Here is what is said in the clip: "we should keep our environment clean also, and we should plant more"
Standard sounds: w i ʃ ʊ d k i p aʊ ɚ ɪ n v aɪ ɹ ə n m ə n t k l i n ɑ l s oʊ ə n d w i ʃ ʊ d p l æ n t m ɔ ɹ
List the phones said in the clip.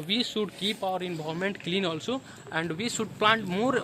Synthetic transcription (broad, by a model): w i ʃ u d k i p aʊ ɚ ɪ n b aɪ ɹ m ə n t k l i n ɑ l s oʊ ə n d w i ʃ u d p l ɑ n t m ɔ ɹ